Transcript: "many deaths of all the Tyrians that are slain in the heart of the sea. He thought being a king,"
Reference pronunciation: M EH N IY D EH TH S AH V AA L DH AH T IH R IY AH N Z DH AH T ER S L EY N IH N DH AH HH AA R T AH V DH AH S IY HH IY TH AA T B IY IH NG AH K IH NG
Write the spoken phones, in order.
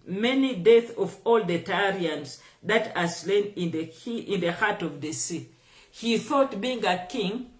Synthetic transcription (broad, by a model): M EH N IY D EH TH AH V AA L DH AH T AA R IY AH N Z DH AH T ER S L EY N IH N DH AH HH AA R T AH V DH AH S IY HH IY TH AA T B IY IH NG AH K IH NG